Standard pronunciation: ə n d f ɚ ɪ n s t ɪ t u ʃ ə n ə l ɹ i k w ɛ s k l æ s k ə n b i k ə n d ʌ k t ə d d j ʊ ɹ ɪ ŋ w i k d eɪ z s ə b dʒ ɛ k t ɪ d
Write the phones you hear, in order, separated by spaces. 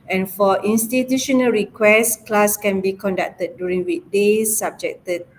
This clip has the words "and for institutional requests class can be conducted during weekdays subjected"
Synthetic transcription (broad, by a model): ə n f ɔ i n s t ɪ t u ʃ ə n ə l ɹ i k w ɛ s k l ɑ s k ə n b i k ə n d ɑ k t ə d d j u ɹ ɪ ŋ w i d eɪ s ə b dʒ ɛ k t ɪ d